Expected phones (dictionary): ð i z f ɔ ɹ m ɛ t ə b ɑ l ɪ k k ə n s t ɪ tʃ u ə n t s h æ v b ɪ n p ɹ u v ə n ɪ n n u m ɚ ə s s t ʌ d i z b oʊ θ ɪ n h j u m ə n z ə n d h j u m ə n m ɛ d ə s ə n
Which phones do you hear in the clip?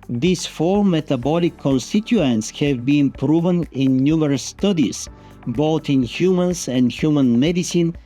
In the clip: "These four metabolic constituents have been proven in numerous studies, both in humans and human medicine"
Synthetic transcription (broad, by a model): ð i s f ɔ l m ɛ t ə b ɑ l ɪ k k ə n s t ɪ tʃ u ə n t s h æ v b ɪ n p ɹ u v ə n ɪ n n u m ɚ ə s s t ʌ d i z b oʊ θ ɪ n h j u m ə n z ə n d h j u m ə n m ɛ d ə s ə n